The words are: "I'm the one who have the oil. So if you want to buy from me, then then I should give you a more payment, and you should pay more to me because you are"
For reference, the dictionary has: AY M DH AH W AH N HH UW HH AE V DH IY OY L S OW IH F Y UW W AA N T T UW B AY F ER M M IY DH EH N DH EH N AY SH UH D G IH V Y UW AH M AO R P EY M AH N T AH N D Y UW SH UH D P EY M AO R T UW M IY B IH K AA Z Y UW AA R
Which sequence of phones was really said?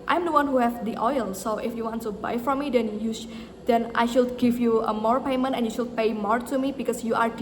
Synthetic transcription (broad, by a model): AY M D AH W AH N HH UW HH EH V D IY OY L S OW IH F Y UW W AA N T T UW B AY F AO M M IY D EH N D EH N AY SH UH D G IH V Y UW AH M AO R P EY M AH N T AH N Y UW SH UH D P EY M AO R T UW M IY B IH K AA S Y UW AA R